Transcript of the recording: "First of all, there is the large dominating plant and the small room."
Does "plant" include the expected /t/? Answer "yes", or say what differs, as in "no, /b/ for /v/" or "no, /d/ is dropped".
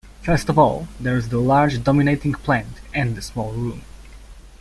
yes